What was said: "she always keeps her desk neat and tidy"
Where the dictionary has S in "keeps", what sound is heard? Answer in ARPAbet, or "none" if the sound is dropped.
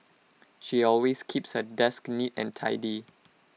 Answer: S